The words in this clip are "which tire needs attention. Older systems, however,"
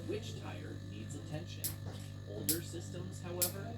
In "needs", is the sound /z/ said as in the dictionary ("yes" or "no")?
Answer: yes